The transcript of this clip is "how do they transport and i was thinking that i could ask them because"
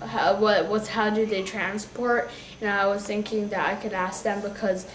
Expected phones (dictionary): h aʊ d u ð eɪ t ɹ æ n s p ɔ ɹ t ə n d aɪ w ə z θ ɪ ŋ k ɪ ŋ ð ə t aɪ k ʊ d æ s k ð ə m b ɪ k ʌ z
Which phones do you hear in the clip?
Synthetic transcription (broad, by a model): h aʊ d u ð eɪ t ɹ æ n s p ɔ ɹ t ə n aɪ w ə z θ ɪ ŋ k ɪ ŋ ð ə t aɪ k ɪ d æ s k ð ə m b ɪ k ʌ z